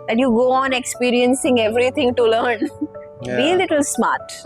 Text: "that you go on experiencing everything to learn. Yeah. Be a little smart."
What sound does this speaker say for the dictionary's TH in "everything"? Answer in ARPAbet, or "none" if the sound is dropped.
T